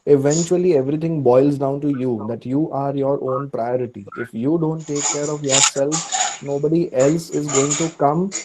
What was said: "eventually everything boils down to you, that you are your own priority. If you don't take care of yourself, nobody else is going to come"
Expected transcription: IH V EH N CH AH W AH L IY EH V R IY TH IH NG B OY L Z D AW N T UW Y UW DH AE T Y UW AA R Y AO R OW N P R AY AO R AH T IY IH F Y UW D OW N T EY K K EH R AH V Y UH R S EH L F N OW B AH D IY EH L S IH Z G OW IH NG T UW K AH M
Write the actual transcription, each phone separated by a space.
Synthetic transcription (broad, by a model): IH V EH N CH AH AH L IY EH V R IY T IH NG B OY L Z D AW N T UW Y UW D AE T Y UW AA R Y AO R OW N P R AY AO R AH T IY IH F Y UW D OW N T EY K K EH R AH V Y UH R S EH L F N OW B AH D IY EH L S IH Z G OW IH NG T UW K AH M